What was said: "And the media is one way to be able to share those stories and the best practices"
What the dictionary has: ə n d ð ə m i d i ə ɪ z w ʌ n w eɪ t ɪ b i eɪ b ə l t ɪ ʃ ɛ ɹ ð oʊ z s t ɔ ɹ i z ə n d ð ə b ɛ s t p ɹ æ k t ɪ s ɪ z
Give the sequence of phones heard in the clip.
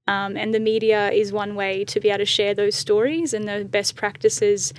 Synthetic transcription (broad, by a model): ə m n ð ə m i d i ə ɪ z w ʌ n w eɪ t ɪ b i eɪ ə t ɪ ʃ ɛ ɹ ð oʊ z s t ɔ ɹ i z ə n ð ə b ɛ s p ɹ æ k t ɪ s ɪ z